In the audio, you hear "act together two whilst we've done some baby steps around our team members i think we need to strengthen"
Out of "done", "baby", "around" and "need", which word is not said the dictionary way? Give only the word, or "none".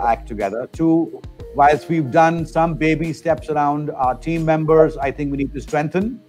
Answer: none